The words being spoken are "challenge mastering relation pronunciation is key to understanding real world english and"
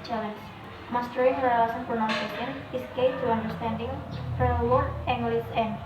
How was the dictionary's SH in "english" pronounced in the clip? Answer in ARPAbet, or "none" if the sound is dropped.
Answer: S